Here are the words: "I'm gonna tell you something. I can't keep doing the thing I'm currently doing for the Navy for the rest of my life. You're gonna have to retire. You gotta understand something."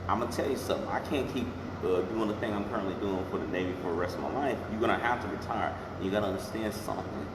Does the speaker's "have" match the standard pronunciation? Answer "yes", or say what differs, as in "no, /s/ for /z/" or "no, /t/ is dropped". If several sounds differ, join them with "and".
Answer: no, /f/ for /v/